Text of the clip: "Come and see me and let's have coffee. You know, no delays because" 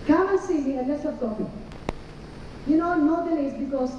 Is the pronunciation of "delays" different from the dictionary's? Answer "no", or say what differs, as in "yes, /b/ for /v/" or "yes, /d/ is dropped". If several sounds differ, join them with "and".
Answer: yes, /n/ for /l/